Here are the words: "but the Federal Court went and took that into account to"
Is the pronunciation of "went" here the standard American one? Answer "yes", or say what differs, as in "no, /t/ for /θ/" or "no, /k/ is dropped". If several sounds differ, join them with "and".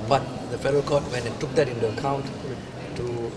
no, /t/ is dropped